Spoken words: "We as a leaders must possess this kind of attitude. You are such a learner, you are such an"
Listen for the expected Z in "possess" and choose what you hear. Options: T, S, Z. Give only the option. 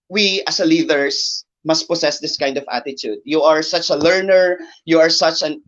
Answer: S